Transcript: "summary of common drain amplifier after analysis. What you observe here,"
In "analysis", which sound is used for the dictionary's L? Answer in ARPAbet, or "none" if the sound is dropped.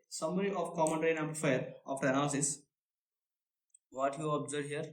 none